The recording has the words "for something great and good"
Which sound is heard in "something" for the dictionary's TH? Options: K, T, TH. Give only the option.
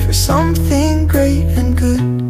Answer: TH